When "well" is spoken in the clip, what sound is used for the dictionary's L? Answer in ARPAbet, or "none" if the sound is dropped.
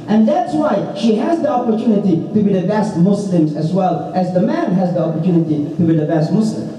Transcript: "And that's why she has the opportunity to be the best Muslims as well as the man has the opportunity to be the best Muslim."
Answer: L